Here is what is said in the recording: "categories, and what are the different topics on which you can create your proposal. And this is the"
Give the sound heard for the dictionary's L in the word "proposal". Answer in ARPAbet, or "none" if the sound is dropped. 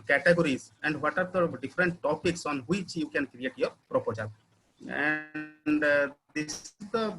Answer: N